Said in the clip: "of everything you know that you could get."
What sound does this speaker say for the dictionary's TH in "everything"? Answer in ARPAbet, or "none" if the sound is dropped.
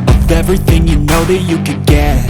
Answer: TH